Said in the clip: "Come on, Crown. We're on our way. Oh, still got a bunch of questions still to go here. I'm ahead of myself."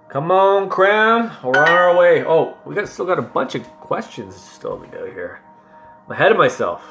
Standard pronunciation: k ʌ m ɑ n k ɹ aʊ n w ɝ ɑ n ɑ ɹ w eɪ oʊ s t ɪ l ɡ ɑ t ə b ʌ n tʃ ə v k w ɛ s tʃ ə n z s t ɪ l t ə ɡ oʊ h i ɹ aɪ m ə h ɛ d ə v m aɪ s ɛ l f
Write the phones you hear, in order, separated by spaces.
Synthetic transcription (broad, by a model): k ʌ m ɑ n k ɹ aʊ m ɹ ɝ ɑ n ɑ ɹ w eɪ oʊ s t ɪ l ɡ ɑ t ə b ʌ n tʃ ə v k w ɛ s tʃ ə n z s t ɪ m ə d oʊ h i ɹ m ə h ɛ d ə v m aɪ s ɛ l f